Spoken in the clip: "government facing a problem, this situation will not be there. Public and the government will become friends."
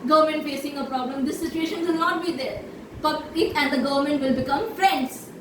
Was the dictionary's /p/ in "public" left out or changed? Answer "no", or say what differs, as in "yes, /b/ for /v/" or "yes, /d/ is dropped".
yes, /b/ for /p/